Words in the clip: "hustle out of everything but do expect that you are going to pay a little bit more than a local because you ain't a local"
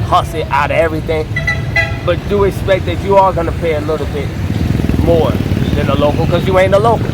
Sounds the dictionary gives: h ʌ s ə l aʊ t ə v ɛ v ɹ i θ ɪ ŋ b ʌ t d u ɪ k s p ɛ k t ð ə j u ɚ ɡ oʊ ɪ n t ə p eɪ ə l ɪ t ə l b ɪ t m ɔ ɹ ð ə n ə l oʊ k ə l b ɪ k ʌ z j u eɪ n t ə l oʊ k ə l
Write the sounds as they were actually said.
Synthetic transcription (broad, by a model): h ʌ s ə aʊ t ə ɛ v ɹ i θ ɪ ŋ b ʌ t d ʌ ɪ k s p ɛ k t ð ə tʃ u ɚ ɡ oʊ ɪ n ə p eɪ ə l ɪ t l b ɪ t m ɔ ɹ ð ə n ə l oʊ k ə l k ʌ z j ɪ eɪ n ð ə l oʊ k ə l